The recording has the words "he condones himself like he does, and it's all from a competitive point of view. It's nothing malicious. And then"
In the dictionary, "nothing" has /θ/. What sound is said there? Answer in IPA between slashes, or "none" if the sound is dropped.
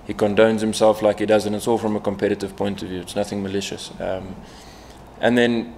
/θ/